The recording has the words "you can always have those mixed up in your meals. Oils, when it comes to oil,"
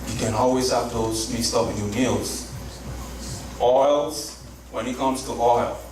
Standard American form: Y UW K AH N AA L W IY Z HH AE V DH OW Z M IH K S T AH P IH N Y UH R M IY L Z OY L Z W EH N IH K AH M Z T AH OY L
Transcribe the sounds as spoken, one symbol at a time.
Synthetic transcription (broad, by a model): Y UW K AH N AA L W IY Z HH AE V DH OW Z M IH S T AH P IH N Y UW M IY L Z OY L Z W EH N IH K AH M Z T AH OY L